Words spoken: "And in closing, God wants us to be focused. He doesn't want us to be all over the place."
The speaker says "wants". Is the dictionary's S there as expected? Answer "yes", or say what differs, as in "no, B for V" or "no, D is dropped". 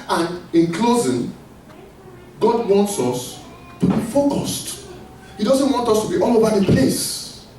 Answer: yes